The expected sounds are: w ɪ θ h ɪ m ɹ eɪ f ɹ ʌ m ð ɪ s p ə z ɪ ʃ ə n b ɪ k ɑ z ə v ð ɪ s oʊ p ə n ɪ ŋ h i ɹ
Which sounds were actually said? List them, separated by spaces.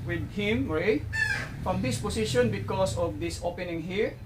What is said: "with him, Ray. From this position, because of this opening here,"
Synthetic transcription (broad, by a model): w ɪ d h ɪ m ɹ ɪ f ɹ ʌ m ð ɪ s p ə s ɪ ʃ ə n b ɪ k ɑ s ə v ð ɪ s oʊ p ə n ɪ ŋ h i ɹ